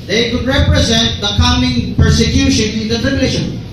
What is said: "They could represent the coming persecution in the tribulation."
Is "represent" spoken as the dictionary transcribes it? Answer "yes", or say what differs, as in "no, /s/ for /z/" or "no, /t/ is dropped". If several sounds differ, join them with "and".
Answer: yes